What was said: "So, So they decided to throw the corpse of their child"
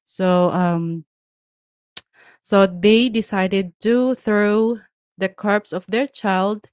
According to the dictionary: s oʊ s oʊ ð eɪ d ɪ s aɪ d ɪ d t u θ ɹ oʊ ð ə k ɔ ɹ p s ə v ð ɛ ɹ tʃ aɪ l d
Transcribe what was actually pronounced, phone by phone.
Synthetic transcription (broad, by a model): s oʊ s oʊ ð eɪ d ɪ s aɪ d ɪ d t u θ ɹ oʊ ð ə k ɔ ɹ p s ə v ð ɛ ɹ tʃ aɪ l d